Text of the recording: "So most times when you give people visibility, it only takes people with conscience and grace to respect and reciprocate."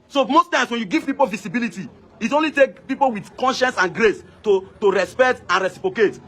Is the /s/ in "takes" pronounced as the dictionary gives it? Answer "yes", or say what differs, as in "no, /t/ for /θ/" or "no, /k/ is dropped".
no, /s/ is dropped